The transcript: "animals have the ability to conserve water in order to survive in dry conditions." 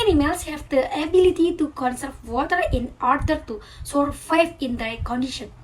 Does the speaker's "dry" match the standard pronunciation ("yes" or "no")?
no